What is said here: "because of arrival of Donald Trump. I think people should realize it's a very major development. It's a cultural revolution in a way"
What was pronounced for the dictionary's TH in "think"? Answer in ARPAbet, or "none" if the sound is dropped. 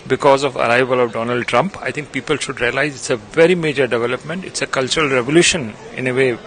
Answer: T